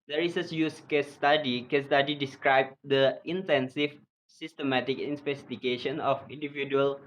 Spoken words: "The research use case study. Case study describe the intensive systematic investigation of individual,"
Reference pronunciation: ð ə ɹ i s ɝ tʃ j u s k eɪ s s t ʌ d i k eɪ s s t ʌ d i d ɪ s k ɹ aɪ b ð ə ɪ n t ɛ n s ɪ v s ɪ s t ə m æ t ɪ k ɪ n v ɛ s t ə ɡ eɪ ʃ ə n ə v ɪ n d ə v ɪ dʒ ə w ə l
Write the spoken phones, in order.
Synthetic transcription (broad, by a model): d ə ɹ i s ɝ s j u s k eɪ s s t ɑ d i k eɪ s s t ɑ d i d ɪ s k ɹ aɪ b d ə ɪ n t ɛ n s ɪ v s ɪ s t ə m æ t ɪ k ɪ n p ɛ s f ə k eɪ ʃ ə n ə f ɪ n d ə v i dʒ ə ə l